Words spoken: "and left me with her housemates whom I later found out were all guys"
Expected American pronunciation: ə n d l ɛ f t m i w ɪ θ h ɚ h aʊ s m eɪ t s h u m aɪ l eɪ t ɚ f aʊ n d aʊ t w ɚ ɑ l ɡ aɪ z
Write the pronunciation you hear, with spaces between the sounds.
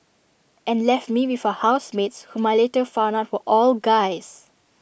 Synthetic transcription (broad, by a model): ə n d l ɛ f t m i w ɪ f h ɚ h aʊ s m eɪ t s h u m aɪ l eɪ t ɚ f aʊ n aʊ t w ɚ ɑ l ɡ aɪ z